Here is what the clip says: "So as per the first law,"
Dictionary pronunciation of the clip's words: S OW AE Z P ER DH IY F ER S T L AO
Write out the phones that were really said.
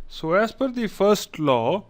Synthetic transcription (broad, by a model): S OW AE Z F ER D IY F ER S T L AO